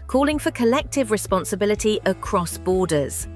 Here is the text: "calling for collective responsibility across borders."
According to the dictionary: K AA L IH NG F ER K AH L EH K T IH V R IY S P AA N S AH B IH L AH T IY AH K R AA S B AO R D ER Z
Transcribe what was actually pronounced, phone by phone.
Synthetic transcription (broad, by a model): K AA L IH NG F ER K AH L EH K T IH V R IY S P AA N S AH B IH L AH T IY AH K R AA S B AO D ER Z